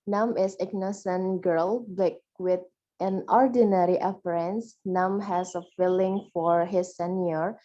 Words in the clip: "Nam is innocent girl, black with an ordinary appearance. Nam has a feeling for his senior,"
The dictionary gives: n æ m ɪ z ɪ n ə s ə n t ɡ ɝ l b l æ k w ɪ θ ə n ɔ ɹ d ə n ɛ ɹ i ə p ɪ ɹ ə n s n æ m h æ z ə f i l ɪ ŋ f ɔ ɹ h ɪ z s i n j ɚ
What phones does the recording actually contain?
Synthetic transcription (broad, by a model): n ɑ m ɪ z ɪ n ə s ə n ɡ ɝ l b ɪ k w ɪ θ ə n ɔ ɹ d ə n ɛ ɹ i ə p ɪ ɹ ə n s n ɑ m h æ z ə f i l ɪ ŋ f ɔ ɹ h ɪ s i n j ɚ